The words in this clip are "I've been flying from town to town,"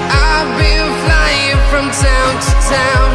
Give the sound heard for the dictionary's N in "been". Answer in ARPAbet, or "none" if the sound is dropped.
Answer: L